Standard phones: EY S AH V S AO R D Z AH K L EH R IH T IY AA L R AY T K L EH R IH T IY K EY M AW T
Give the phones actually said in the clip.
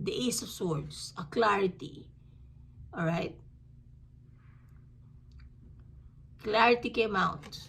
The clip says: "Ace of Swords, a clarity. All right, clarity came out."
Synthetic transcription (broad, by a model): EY S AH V S AO R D S AH K L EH R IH T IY AA L R AY T K L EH R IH T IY K EY M AW T